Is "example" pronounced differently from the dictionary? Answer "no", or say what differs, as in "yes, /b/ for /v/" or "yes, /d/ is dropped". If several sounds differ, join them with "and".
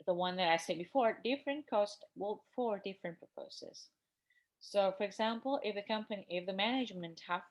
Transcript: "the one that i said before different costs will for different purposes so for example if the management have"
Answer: yes, /n/ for /l/